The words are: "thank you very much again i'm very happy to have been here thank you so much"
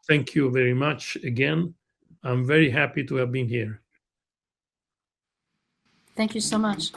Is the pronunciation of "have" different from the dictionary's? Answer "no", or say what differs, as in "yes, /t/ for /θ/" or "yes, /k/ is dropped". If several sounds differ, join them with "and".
no